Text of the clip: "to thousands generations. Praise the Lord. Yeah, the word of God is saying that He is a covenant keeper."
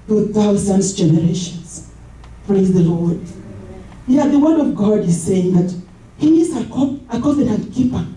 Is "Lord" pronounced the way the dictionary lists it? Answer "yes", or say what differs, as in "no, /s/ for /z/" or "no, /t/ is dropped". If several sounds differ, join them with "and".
yes